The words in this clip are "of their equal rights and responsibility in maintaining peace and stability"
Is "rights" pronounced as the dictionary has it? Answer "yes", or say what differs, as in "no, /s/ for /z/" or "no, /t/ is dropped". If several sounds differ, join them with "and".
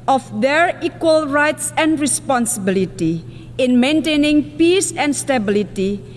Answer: yes